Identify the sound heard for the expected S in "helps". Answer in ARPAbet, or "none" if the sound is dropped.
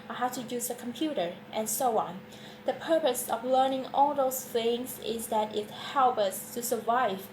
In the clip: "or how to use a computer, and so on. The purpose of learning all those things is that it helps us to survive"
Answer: none